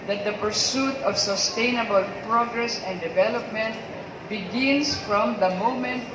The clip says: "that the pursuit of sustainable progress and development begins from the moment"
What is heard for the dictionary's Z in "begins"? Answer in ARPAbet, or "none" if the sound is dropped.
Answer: S